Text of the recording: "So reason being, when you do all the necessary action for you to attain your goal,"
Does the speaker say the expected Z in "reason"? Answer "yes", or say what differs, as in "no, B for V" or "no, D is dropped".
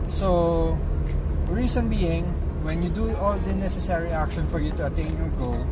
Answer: no, S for Z